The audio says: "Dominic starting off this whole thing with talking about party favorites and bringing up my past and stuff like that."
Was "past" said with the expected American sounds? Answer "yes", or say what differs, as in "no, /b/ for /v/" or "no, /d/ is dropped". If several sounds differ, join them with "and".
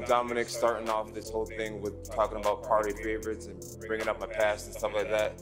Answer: yes